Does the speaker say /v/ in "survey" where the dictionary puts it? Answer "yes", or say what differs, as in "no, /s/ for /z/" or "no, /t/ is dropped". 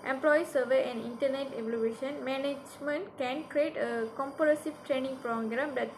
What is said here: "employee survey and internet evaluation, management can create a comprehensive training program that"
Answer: yes